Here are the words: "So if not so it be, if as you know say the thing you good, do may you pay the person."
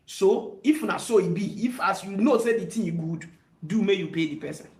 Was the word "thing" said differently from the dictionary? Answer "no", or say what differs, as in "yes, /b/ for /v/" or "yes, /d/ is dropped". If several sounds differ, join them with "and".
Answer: yes, /t/ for /θ/